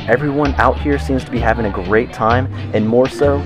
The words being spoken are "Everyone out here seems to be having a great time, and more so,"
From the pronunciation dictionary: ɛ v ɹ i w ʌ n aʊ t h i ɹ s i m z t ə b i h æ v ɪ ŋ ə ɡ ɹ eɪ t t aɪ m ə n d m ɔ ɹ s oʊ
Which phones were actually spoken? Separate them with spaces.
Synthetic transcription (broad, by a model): ɛ v ɹ i w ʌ n aʊ t h i ɹ s i m z t ə b i h æ v ɪ ŋ ə ɡ ɹ eɪ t t aɪ m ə n m ɔ ɹ s oʊ